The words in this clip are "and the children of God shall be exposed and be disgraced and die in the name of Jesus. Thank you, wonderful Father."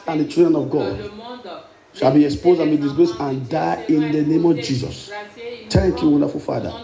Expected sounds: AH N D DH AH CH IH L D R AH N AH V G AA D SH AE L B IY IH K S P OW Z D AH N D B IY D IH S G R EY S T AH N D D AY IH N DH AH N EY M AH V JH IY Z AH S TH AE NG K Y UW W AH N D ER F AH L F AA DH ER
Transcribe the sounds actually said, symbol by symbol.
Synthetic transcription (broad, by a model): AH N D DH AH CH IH D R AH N AH V G AA D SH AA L B IY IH K S P OW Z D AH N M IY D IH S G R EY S AH N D D AY IH N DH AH N EY M AH V JH IY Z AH S T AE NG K Y UW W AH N D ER F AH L F AA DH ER